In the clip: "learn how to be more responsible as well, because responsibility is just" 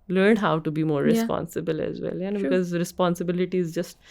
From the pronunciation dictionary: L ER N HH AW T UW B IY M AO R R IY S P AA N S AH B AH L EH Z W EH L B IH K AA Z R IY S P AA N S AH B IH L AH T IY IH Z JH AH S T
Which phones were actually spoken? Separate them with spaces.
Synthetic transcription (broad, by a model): L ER N HH AW T UW B IY M AO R R IY S P AA N S AH B AH L EH Z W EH L B IH K AA Z R IY S P AA N S AH B IH L AH T IY IH Z JH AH S T